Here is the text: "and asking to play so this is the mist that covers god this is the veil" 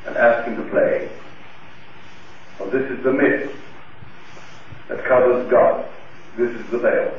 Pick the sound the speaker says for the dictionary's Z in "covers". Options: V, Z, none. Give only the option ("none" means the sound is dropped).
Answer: Z